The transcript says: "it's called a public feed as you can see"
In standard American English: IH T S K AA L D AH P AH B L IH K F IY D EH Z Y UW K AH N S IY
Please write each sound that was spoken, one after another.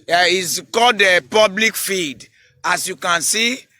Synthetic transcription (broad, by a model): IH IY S K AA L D AH P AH B L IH K F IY D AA S Y UW K AH N S IY